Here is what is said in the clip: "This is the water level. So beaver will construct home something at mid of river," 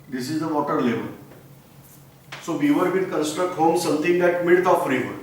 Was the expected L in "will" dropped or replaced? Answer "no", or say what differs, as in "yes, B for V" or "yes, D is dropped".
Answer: yes, N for L